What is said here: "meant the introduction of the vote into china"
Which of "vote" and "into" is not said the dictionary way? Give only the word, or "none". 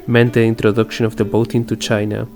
vote